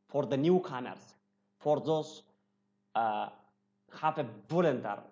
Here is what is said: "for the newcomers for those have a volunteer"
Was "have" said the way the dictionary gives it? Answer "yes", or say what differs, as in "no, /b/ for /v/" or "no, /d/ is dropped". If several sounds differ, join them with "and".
no, /f/ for /v/